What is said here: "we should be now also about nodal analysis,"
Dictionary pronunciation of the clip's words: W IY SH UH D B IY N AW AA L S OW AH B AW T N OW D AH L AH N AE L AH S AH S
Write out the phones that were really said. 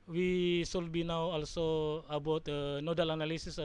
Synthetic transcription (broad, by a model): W IY S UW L B IY N AW AA L S OW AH B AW T N OW D AH L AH N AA L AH S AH S